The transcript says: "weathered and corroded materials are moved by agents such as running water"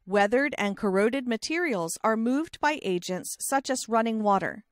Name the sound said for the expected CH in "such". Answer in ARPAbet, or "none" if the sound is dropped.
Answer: CH